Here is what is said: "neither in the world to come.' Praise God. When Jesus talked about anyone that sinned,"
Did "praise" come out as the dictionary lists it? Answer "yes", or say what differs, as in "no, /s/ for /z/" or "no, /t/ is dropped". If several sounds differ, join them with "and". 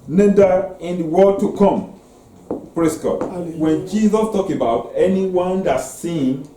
no, /s/ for /z/